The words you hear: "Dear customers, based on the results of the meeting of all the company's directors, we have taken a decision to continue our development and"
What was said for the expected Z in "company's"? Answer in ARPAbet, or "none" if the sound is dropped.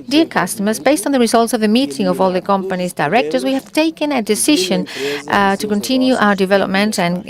Z